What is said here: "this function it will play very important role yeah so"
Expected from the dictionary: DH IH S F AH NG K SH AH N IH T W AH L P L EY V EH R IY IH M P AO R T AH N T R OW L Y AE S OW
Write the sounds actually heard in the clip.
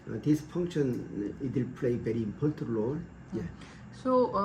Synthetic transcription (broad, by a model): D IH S F AH NG K SH AH N IH T W AH L P L EY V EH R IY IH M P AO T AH T L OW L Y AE S OW